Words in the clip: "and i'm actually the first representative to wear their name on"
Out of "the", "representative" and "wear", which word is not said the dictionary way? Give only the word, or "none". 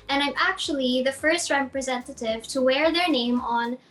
none